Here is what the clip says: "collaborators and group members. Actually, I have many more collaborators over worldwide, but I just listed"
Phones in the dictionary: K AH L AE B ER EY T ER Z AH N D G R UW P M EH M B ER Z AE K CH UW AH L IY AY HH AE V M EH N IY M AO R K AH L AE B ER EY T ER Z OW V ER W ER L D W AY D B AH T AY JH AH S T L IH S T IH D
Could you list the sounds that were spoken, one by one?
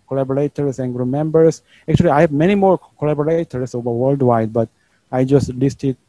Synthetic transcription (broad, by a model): K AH L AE B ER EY T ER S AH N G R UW M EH M B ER S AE K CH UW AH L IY AY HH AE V M EH N IY M AO R K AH L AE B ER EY T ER S OW V ER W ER L D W AY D B AH T AY JH AH S T L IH S T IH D